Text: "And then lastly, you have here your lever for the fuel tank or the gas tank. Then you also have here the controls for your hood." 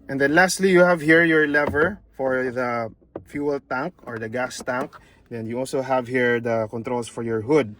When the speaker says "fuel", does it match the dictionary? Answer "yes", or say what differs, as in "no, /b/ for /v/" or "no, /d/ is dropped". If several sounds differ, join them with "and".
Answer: yes